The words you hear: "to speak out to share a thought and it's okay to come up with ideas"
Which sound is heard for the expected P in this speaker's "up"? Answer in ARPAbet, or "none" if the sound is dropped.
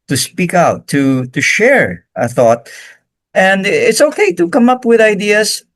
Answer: P